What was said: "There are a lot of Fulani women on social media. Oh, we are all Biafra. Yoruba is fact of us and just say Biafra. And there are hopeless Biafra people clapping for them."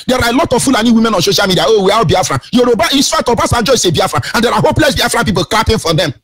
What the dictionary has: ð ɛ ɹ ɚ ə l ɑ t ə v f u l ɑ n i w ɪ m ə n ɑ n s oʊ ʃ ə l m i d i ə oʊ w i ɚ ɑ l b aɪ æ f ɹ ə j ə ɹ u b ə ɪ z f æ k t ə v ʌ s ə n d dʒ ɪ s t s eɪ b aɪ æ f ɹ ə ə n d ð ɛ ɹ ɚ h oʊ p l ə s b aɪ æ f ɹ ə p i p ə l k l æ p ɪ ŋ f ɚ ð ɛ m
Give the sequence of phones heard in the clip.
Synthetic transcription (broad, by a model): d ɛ ɹ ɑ ə l ɑ t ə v f u l ɑ n i w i m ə n ɑ n s oʊ ʃ ə l m i d i ə oʊ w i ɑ w b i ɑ f ɹ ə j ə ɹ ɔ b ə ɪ s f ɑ t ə b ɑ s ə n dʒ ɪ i s eɪ b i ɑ f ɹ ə ə n d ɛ ɹ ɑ h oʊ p l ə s b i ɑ f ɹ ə p i p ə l k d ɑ p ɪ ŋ f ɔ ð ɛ m